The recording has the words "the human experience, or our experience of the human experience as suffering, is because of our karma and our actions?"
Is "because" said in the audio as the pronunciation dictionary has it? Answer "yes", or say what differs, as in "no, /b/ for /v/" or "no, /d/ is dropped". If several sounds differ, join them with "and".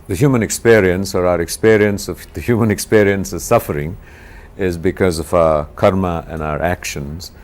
yes